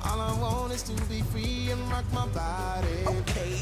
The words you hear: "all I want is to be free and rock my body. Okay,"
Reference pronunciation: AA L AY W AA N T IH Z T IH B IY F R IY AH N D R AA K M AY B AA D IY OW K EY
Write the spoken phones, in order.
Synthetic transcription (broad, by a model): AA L AY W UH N IH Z T IH B IY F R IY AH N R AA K M AY B AA D IY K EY